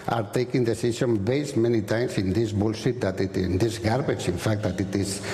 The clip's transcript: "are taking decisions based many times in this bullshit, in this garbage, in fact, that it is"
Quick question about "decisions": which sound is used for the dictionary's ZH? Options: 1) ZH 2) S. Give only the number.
2